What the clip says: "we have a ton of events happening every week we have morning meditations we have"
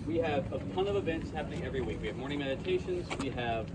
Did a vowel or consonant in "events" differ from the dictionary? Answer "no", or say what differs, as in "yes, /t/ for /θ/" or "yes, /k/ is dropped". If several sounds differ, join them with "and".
no